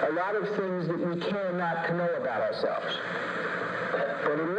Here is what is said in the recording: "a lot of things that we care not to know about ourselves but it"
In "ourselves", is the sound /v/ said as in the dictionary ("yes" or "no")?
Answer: yes